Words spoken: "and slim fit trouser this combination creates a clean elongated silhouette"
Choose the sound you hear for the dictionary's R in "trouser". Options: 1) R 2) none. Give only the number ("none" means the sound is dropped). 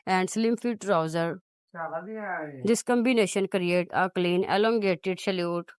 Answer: 1